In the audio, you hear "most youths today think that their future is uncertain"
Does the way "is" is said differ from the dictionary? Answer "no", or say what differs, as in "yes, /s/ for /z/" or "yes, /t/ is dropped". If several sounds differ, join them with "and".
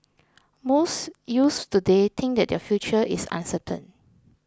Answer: yes, /s/ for /z/